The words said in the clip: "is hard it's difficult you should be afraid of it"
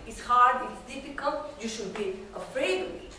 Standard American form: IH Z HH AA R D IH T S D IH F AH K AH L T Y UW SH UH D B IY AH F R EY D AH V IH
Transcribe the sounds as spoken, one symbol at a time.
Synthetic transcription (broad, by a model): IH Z HH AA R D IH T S D IH F AH K AH L T Y UW SH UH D B IY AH F R EY AH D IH